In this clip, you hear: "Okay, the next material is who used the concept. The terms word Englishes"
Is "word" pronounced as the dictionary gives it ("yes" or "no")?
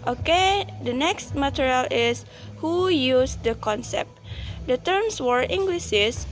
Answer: no